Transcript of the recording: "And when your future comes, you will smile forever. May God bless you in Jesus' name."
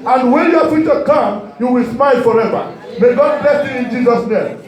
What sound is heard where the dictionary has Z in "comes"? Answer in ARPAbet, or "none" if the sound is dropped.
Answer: none